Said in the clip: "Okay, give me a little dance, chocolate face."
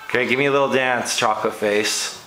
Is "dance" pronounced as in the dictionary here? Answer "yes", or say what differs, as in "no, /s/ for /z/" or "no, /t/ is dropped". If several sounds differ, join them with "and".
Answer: yes